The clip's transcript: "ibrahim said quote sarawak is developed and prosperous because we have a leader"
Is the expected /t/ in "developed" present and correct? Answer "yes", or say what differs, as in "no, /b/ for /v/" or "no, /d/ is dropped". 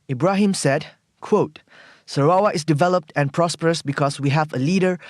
yes